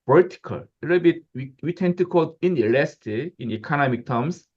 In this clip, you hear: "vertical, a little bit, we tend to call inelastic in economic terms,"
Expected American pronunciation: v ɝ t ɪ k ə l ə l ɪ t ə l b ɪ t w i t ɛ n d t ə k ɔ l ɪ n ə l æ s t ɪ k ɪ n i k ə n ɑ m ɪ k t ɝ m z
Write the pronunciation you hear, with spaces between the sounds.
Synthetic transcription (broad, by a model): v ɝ t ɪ k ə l ə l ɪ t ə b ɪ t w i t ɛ n t ə k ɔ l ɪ n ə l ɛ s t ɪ ɪ n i k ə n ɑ m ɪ k t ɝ m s